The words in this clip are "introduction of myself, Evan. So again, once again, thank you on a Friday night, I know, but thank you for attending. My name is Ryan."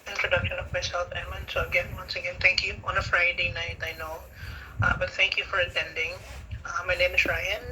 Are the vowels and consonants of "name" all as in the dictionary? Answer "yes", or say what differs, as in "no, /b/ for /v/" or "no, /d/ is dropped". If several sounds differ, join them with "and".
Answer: no, /l/ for /n/